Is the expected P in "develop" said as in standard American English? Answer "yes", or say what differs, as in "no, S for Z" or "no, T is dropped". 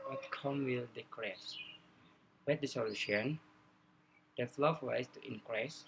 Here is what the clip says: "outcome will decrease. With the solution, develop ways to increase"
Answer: no, F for P